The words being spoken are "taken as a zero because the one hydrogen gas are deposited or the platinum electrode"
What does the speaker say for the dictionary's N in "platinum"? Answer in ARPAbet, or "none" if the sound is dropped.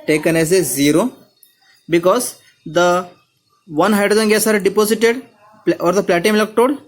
none